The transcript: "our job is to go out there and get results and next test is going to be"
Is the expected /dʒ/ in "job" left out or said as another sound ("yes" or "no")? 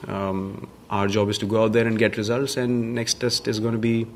no